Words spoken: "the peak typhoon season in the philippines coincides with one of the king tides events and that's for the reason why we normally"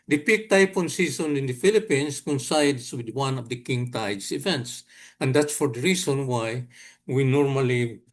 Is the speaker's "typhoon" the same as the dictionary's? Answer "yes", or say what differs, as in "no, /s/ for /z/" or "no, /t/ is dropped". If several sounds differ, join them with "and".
no, /p/ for /f/